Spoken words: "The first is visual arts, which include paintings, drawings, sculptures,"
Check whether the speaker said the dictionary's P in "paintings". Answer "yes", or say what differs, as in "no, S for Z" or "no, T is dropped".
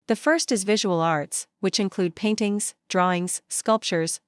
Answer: yes